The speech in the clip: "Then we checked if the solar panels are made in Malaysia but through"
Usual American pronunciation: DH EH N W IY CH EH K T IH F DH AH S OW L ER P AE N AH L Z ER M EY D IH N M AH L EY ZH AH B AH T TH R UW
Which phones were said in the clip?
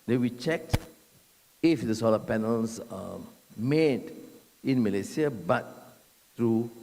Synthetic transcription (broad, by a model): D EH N W IY CH EH K T IH F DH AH S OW L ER P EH N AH L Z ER M EY D IH N M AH L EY S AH B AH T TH R UW